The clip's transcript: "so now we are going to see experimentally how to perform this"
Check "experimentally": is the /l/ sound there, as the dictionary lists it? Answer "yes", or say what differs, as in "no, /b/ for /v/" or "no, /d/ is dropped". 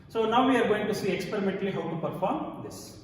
yes